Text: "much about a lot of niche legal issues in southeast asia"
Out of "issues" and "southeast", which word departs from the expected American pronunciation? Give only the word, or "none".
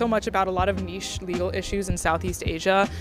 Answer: none